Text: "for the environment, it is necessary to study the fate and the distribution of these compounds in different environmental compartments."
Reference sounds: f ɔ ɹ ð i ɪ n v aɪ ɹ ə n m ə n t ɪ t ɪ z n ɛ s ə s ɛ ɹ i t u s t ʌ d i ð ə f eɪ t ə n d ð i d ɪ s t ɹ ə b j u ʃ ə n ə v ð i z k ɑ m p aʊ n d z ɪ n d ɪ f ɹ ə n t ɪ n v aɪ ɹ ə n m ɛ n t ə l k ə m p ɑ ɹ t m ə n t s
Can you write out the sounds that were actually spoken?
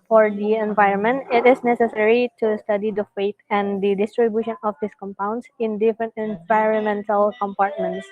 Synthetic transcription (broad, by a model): f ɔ ɹ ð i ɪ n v aɪ ɹ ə n m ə n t ɪ t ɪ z n ɛ s ə s ɛ ɹ i t u s t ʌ d i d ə f eɪ t ə n d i d ɪ s t ɹ ə b j u ʃ ə n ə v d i s k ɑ m p aʊ n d s ɪ n d ɪ f ɹ ə n t ɪ n v aɪ ɹ ə n m ɛ n t ə l k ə m p ɑ ɹ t m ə n t s